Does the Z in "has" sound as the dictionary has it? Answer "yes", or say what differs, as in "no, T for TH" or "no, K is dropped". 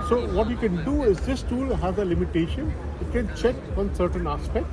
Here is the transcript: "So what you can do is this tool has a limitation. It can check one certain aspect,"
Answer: yes